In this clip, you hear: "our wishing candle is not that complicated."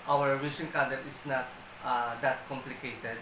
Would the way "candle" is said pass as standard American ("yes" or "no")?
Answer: no